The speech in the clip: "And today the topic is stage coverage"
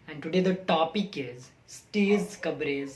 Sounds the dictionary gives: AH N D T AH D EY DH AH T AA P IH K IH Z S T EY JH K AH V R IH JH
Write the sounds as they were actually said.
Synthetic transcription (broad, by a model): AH N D T AH D EY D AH T AA P IH K IH Z S T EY Z K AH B R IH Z